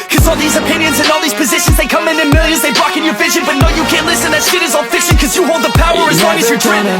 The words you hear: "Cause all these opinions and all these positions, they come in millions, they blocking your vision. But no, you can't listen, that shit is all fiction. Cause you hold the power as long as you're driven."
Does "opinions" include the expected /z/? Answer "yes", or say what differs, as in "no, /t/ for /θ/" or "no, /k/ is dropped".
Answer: yes